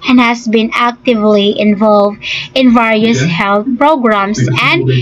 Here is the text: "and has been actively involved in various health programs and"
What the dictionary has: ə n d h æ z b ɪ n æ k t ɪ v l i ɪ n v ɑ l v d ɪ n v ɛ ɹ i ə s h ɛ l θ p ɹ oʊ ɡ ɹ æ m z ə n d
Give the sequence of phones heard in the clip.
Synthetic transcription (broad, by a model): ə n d h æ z b ɪ n æ k t ɪ v l i ɪ n v ɑ l v d ɪ n v ɛ ɹ i ə s h ɛ l θ p ɹ oʊ ɡ ɹ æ m s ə n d